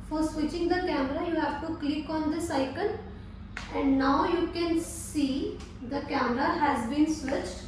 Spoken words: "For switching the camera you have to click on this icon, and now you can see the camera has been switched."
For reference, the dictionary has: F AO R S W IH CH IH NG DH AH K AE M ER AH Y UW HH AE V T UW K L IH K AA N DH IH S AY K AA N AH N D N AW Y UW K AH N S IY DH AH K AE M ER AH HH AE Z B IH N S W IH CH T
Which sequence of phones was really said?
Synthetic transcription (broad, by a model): F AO R S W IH CH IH NG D AH K AE M ER AH Y UW HH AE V T UW K L IH K AA N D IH S AY K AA L AH N D N AW Y UW K AH N S IY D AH K AE M ER AH HH AE Z B IH N S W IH CH T